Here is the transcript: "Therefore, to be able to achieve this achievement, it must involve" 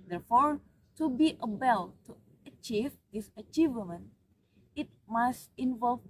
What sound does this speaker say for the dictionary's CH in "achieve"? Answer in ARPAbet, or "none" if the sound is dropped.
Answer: CH